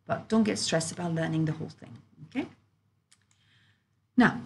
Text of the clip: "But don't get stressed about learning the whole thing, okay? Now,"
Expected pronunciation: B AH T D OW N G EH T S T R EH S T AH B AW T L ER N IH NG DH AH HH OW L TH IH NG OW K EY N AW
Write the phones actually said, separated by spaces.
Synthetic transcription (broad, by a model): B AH T D OW N G EH T S T R EH S T AH B AW T L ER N IH NG DH AH HH OW L TH IH NG OW K EY N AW